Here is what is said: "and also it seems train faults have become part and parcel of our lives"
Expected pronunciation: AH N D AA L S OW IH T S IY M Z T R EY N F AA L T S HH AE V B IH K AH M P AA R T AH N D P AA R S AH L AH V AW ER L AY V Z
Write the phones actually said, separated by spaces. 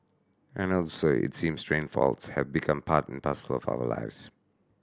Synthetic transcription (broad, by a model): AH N AA L S OW IH T S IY M S T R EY N F AA L T S HH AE V B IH K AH M P AA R T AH N P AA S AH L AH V AW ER L AY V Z